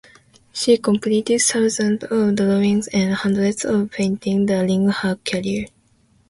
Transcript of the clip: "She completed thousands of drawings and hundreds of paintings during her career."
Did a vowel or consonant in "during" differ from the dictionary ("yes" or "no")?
yes